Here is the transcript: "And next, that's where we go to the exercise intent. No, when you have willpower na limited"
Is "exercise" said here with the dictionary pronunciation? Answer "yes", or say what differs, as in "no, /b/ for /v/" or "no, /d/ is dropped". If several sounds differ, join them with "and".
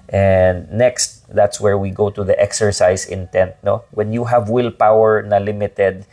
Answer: no, /s/ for /z/